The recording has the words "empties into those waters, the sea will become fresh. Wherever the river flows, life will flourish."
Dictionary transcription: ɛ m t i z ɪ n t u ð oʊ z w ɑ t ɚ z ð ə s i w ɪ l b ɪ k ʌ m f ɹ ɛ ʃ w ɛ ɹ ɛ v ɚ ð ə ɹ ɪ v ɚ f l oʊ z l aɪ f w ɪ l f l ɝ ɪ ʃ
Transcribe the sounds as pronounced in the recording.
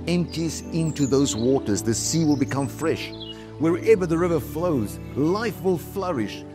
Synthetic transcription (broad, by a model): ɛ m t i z ɪ n t u ð oʊ z w ɑ t ɚ z ð ə s i w ɪ l b ɪ k ʌ m f ɹ ɛ ʃ w ɛ ɹ ɛ v ɚ ð ə ɹ ɪ v ɚ f l oʊ z l aɪ f w ɪ l f l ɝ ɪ ʃ